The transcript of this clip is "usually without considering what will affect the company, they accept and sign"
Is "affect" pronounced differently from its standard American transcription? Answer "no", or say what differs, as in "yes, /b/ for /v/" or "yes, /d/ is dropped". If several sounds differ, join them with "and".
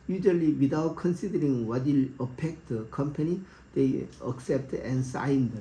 yes, /p/ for /f/